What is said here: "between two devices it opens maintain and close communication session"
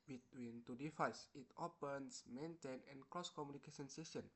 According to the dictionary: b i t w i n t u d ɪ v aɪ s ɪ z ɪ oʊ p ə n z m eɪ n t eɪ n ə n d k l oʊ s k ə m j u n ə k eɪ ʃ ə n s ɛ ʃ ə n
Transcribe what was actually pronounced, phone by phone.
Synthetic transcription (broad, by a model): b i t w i n t u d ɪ f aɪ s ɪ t ɪ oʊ p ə n s m eɪ n t eɪ n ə n k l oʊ s k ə m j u n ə k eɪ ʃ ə n s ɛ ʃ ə n